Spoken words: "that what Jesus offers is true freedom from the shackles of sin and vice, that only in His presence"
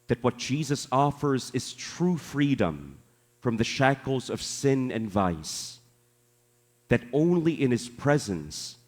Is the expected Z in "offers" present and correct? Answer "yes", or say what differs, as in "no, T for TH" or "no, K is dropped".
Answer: yes